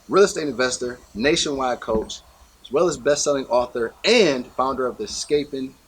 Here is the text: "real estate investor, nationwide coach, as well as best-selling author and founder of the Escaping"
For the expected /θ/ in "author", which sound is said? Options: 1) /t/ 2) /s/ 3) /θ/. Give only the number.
3